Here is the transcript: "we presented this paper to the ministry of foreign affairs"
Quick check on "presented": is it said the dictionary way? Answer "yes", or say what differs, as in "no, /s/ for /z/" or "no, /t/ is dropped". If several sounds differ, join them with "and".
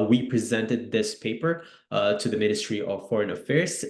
yes